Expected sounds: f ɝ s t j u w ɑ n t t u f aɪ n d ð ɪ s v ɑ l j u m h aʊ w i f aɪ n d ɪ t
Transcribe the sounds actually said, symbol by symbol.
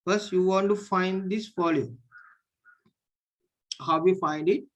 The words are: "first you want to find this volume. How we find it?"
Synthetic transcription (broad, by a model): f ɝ s j u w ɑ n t t u f aɪ n d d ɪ s f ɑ l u h aʊ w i f aɪ n d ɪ t